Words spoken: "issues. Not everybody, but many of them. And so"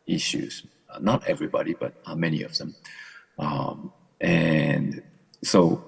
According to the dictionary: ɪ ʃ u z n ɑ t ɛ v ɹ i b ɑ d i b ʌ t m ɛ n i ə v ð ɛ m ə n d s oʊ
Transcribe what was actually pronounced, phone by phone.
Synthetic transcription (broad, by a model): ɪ ʃ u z n ɑ t ɛ v ɹ i b ɑ d i b ʌ t m ɛ n i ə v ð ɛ m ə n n s oʊ